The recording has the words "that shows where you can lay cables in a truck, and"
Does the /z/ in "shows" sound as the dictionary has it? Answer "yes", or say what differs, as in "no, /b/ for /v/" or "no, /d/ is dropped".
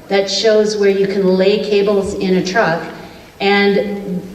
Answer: yes